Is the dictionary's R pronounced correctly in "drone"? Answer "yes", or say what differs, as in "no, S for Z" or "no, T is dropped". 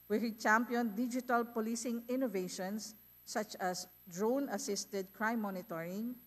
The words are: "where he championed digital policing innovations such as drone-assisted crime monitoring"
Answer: yes